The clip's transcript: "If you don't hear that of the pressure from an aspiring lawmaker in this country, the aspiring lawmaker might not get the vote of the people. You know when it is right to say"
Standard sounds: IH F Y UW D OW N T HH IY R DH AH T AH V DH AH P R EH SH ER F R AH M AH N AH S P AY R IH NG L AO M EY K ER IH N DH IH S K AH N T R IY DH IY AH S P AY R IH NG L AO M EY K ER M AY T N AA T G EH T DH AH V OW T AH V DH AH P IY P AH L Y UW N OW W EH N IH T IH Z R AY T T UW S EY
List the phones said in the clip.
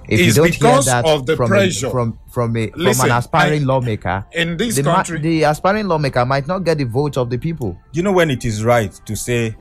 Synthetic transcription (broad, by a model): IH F Y UW D OW N T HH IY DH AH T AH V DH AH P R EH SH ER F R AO M AH N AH S P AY R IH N L AO M EY K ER IH N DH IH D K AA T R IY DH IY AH S P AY R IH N L AO M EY K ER M AY T N AA T G EH T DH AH V OW T AH V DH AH P IY P AH L Y UW N OW W EH N IH T IH Z R AY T T UW S EY